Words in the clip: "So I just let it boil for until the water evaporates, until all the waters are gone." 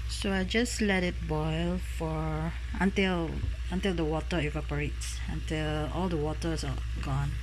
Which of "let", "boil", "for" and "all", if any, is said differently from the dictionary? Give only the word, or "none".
for